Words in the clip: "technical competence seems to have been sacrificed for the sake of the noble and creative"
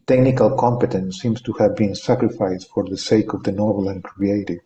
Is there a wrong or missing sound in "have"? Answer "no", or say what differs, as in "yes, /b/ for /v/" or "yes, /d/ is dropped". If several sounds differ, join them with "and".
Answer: no